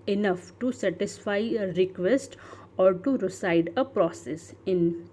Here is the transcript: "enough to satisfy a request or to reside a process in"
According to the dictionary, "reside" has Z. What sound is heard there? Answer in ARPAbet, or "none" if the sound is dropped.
S